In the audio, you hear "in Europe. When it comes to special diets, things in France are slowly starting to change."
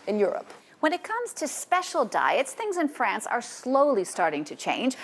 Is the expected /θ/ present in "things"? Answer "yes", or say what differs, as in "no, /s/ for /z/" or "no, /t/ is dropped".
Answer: yes